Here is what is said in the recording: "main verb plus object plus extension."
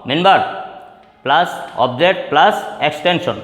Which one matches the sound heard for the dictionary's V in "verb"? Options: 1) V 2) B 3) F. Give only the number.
2